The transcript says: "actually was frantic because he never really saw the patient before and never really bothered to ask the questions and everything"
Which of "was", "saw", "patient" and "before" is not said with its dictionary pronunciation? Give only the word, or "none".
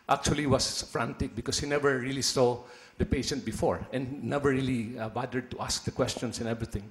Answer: was